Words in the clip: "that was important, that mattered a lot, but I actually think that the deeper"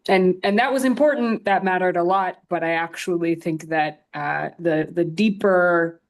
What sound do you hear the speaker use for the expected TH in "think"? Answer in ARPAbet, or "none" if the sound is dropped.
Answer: TH